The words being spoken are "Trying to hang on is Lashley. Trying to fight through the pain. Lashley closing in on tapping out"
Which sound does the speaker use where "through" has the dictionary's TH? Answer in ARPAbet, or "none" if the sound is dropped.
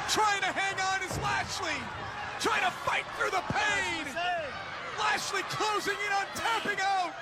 TH